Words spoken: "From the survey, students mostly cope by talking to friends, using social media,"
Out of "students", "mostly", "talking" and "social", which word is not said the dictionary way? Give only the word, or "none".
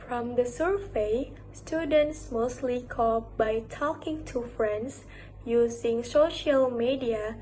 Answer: none